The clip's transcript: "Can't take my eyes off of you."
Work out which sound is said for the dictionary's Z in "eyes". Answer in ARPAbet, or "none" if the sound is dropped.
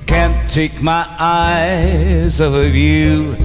Z